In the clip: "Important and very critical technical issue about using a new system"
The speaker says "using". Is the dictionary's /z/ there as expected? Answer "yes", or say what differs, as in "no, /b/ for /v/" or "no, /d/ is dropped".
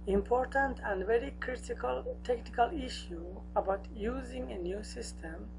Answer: yes